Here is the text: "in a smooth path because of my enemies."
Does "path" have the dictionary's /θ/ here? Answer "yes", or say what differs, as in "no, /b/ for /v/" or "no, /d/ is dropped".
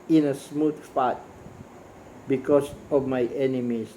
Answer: no, /t/ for /θ/